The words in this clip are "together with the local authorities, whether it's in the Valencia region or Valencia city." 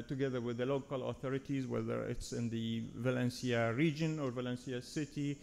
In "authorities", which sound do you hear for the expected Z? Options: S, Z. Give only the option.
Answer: Z